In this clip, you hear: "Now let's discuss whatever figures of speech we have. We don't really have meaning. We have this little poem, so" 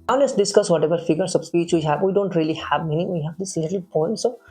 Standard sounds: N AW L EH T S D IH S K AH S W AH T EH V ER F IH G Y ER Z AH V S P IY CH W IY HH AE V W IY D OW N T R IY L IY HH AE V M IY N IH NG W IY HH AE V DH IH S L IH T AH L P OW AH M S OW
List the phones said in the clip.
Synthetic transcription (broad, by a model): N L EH S D IH S K AH S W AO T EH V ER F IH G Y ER S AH B S P IY CH W IY HH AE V W IY D OW N T R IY L IY HH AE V M IY N IH NG W IY HH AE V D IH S L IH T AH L P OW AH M S OW